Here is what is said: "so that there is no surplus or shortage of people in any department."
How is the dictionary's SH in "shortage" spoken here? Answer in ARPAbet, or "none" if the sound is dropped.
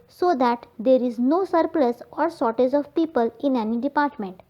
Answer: S